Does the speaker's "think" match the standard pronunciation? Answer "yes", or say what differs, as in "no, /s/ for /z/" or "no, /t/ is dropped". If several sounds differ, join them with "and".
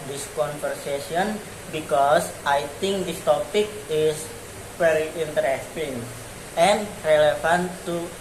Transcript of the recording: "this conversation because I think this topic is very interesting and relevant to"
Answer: no, /t/ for /θ/